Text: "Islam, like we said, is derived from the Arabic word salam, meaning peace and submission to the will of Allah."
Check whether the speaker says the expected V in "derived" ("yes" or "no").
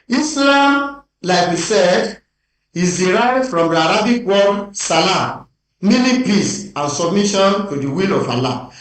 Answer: no